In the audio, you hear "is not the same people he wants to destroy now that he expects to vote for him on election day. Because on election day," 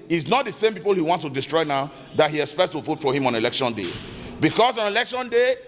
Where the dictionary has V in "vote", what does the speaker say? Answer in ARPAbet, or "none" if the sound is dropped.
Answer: F